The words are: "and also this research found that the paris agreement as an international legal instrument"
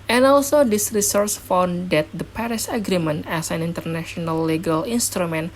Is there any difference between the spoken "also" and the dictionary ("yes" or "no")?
no